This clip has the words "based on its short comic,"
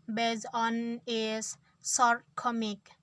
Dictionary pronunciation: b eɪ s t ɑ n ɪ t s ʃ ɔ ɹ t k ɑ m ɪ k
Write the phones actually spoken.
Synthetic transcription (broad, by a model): b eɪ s ɑ n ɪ s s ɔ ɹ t k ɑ m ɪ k